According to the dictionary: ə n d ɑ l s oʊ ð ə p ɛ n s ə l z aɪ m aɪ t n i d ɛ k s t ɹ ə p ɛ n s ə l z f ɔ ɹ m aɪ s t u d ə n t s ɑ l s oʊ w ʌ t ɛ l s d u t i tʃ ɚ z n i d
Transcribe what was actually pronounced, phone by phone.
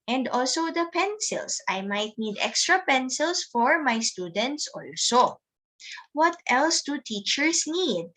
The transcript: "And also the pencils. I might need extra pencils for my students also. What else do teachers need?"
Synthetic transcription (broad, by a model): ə n d ɑ l s oʊ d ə p ɛ n s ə l s aɪ m aɪ t n i d ɛ k s t ɹ ə p ɛ n s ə l s f ɔ ɹ m aɪ s t u d ə n t s ɑ l s oʊ w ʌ t ɛ l s d u t i tʃ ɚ s n i d